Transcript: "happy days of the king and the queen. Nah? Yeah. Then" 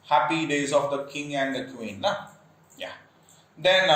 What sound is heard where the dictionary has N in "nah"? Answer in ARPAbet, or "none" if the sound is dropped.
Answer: L